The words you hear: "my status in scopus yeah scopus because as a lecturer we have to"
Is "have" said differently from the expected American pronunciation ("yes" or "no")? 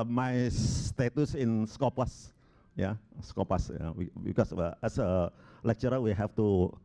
yes